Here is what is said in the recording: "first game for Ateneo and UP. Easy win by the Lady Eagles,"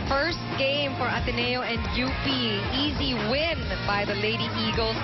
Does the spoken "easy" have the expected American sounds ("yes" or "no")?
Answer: yes